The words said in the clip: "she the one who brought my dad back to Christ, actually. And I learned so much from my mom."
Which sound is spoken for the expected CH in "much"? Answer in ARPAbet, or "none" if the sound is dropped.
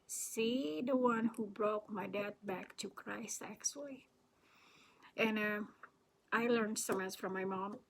S